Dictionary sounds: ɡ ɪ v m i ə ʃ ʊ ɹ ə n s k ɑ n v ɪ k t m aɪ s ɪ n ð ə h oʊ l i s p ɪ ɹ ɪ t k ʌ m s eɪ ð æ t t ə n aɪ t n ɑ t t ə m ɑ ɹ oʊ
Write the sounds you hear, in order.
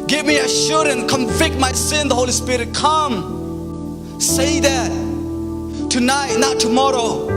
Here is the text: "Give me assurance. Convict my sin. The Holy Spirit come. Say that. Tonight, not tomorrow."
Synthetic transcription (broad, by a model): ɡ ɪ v m i ə ʃ ʊ ɹ ə n s k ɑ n v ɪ k t m aɪ s ɪ n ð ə h oʊ l i s p ɪ ɹ ɪ t k ʌ m s eɪ ð æ t t ə n aɪ t n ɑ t t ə m ɑ ɹ oʊ